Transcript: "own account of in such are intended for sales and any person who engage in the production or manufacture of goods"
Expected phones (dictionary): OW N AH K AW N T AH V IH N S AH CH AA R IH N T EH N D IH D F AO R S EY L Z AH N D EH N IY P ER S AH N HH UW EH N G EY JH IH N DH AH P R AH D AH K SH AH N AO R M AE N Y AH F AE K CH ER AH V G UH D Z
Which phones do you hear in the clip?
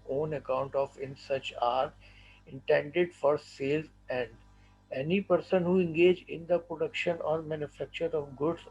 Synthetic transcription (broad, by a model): OW N AH K AW N T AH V IH N S AH CH AA R IH N T EH N D IH D F AO R S EY L Z AH N D EH N IY P ER S AH N HH UW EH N G EY JH IH N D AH P R AH D AH K SH AH N AO R M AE N Y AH F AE K CH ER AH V G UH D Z